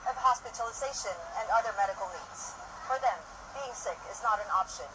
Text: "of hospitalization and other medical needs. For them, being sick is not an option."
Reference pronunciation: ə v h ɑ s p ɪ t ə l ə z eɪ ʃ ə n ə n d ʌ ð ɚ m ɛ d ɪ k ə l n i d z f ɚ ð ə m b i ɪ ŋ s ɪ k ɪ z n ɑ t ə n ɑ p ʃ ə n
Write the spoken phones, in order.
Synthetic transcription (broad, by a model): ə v h ɑ s p ɪ t ə l ə z eɪ ʃ ə n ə n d ʌ ð ɚ m ɛ d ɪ k l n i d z f ɚ ð ə m b i ɪ ŋ s ɪ k ɪ z n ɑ t ə n ɑ p ʃ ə n